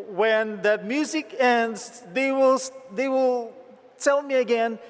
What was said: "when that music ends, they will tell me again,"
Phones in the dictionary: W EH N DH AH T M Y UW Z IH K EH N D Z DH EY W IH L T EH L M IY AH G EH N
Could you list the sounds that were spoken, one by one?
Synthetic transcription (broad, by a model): W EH N DH AH T M Y UW Z IH K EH N D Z DH EY W IH L T EH L M IY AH G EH N